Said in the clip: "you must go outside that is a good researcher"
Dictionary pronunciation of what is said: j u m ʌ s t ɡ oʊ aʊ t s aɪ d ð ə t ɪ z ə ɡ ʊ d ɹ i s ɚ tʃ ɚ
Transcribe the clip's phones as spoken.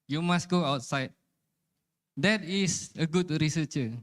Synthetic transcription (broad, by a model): j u m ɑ s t ɡ oʊ aʊ t s aɪ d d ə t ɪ s ə ɡ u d ɹ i s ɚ tʃ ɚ